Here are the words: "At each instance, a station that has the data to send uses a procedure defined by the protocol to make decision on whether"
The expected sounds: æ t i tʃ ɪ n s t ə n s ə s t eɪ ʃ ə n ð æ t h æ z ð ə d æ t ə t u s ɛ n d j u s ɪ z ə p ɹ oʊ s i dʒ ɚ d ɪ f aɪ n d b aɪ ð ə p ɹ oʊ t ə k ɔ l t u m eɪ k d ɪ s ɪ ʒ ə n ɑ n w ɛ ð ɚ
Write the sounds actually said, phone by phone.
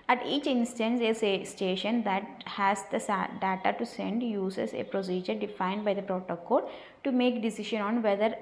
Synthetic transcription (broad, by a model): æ t i tʃ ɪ n s t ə n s ə s t eɪ ʃ ə n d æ t h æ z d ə d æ t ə t u s ɛ n d j u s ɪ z ə p ɹ oʊ s i dʒ ɚ d ɪ f aɪ n d b aɪ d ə p ɹ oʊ t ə k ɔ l t u m eɪ k d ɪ s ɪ ʃ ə n ɑ n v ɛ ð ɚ